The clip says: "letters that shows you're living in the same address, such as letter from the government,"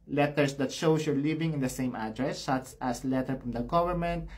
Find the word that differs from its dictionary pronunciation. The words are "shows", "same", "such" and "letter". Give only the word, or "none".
shows